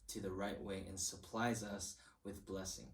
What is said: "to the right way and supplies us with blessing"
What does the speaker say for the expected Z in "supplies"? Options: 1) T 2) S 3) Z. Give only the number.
3